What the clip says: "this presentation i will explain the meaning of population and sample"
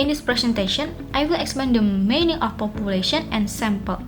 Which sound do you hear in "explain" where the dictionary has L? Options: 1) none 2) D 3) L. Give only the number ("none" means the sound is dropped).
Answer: 1